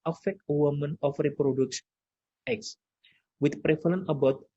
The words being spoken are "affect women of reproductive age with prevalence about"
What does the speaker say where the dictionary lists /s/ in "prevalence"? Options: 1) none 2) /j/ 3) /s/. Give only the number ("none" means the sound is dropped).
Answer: 1